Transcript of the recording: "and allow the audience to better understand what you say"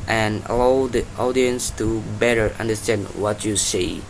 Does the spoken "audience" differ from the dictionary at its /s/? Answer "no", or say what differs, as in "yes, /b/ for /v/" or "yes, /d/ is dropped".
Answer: no